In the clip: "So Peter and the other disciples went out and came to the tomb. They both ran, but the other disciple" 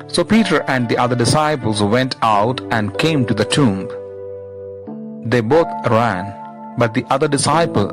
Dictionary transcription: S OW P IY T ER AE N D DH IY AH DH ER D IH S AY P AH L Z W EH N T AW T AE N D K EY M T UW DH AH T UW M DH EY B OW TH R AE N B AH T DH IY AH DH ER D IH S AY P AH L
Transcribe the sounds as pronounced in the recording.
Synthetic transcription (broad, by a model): S OW P IY T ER AE N D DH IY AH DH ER D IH S AY P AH L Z W EH N T AW T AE N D K EY M T UW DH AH T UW M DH EY B OW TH R AE N B AH T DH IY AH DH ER D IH S AY P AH L